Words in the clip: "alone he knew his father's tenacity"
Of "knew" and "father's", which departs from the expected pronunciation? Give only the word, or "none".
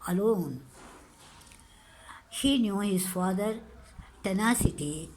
father's